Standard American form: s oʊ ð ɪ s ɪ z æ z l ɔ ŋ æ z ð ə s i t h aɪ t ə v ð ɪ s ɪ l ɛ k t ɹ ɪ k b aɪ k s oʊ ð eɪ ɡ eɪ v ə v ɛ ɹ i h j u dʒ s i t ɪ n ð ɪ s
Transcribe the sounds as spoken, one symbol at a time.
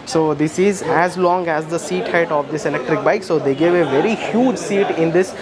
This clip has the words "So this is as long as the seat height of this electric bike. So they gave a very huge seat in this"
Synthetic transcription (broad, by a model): s oʊ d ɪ s ɪ z æ z l ɔ ŋ æ z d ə s i t h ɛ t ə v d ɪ s ɪ l ɛ k t ɹ ɪ k b aɪ k s oʊ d eɪ ɡ eɪ v ə v ɛ ɹ i h j u dʒ s i t ɪ n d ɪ s